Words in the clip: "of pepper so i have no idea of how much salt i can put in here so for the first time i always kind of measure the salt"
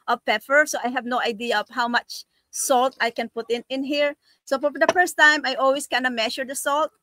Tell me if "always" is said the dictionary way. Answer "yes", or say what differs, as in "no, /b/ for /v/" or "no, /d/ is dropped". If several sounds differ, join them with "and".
no, /s/ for /z/